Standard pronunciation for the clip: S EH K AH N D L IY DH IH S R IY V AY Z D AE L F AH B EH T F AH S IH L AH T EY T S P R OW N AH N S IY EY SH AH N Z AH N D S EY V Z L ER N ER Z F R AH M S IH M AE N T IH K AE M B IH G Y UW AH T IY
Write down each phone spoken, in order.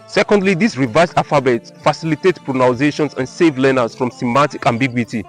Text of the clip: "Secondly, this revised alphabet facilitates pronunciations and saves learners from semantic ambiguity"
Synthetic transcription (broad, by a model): S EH K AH N D L IY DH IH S R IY V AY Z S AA F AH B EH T F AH S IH L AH T EY T P R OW N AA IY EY SH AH N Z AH N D S EY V L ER N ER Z F R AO M S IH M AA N T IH K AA M B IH G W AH T IY